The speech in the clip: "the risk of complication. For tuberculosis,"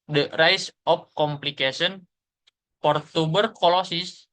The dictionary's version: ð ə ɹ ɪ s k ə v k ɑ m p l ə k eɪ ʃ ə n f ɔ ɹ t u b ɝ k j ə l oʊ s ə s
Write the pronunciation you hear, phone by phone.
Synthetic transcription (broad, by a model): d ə ɹ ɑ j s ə p k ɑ m p l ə k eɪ s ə n p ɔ ɹ t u b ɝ k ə l oʊ s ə s